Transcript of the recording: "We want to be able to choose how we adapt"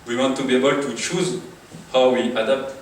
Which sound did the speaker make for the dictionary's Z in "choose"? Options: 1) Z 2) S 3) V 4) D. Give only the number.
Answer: 1